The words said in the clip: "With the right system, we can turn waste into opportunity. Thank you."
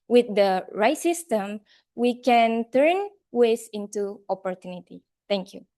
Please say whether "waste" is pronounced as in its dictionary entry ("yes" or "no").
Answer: no